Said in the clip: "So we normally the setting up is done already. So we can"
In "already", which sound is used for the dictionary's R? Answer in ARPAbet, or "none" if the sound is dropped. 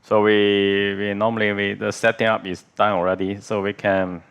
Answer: R